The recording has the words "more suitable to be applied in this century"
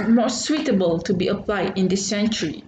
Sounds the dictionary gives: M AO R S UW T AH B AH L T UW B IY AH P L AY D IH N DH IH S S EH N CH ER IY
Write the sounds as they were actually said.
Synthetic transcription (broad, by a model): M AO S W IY T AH B AH L T UW B IY AH P L AY D IH N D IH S S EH N CH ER IY